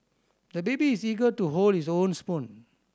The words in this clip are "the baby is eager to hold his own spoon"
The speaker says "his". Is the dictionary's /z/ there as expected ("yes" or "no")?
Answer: no